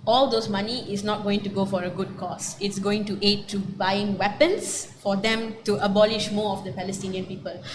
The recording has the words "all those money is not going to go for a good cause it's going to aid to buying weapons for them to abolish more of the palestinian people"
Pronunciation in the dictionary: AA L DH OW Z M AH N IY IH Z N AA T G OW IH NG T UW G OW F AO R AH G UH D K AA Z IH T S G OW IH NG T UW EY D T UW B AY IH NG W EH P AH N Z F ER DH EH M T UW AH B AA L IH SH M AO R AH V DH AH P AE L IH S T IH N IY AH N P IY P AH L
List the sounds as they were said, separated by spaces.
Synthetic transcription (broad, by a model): AA L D OW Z M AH N IY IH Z N AA T G OW IH NG T UW G OW F AO R AH G UH D K AA S IH T S G OW IH NG T UW EY D T UW B AY IH NG W EH P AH N S F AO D EH M T UW AH B AA L IH SH M AO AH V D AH P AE L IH S T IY N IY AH N P IY P AH L